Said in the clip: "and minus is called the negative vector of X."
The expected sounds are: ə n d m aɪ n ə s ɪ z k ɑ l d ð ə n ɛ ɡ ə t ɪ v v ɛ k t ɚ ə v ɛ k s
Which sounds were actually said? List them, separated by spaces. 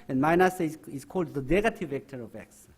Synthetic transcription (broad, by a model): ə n m aɪ n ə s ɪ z k ɑ l d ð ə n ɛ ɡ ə t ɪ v v ɛ k t ɚ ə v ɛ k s